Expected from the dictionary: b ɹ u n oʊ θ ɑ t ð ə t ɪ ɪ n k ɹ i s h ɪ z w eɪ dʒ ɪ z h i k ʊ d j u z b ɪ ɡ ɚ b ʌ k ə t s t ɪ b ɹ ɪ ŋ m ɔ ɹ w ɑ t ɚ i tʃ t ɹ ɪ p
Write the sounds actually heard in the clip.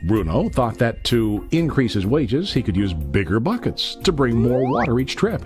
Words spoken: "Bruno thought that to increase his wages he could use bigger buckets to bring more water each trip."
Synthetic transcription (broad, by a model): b ɹ u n oʊ θ ɑ t ð ə t ɪ ɪ n k ɹ i s h ɪ z w eɪ dʒ ɪ z h i k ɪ d j u z b ɪ ɡ ɚ b ʌ k ə t s t ɪ b ɹ ɪ ŋ m ɔ ɹ w ɑ t ɚ i tʃ t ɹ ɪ p